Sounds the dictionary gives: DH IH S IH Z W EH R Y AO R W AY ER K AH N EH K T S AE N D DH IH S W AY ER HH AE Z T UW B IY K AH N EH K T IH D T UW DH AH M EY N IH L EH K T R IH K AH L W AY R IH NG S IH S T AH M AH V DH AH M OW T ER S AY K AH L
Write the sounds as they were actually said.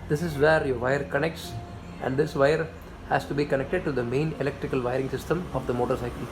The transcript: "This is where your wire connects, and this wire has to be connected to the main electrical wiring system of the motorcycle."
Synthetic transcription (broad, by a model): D IH S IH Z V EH R Y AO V AY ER K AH N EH K T S AE N D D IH S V AY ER HH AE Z T UW B IY K AH N EH K T IH D T UW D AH M EY N IH L EH K T R IH K AH L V AY R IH NG S IH S T AH M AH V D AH M OW T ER S AY K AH L